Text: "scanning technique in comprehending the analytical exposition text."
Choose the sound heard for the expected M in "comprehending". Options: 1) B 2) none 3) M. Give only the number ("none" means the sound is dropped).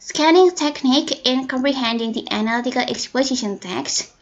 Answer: 3